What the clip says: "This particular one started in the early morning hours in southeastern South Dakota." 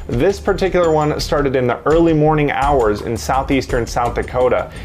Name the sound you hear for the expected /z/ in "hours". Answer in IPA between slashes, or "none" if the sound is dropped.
/z/